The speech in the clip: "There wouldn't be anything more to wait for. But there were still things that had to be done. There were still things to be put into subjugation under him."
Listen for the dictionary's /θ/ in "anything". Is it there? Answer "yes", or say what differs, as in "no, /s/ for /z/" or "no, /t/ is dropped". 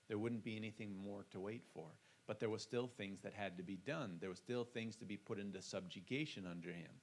yes